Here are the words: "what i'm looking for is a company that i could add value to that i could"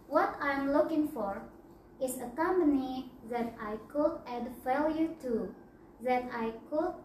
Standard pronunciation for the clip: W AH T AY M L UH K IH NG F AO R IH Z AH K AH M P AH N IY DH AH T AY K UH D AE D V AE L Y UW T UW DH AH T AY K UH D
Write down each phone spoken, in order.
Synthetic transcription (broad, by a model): W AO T AY M L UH K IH NG F AO R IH S AH K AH M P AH N IY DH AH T AY K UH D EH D F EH L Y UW T UW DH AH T AY K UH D